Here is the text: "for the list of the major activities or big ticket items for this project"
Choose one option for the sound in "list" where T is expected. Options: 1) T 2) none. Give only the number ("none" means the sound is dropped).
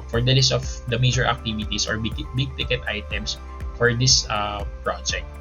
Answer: 1